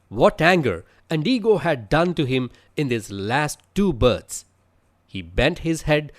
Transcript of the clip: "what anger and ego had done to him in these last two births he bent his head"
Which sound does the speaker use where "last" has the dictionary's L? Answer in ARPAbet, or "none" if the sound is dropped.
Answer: L